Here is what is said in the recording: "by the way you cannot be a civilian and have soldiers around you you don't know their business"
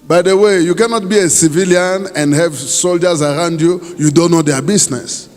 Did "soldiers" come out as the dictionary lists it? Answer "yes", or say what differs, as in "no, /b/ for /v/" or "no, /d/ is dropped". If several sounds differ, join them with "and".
yes